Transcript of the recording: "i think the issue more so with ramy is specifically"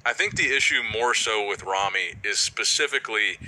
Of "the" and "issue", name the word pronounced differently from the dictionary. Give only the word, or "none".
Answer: none